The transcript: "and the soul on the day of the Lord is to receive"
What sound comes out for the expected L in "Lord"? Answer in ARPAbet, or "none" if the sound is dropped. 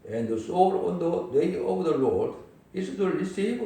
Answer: L